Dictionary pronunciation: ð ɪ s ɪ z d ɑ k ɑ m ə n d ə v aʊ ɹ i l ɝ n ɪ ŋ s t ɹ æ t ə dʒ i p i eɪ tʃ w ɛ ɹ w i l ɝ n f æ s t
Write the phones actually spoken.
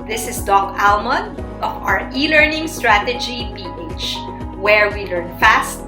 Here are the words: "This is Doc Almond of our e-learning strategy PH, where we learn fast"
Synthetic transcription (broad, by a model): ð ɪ s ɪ s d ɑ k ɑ m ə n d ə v aʊ ɹ i l ɝ n ɪ ŋ s t ɹ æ t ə dʒ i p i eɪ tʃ w ɛ ɹ w i l ɝ n f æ s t